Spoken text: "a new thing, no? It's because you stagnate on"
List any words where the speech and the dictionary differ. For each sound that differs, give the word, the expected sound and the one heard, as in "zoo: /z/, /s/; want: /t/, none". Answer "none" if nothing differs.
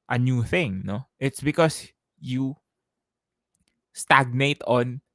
because: /z/, /s/